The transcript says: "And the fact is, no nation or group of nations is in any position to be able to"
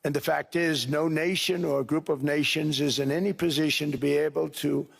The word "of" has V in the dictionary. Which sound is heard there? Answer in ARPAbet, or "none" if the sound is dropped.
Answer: V